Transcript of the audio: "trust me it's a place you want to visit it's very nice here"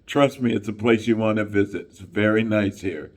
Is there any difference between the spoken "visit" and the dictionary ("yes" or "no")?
no